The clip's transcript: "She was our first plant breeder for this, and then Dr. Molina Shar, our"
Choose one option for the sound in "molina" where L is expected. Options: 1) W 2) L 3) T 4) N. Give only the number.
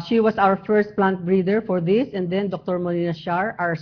4